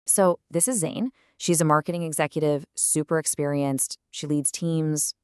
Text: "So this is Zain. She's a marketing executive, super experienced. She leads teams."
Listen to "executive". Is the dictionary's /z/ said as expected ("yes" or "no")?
yes